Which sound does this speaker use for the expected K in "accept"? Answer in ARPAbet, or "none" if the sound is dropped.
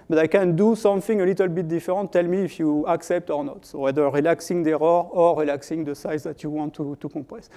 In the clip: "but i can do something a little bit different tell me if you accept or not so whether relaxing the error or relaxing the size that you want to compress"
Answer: K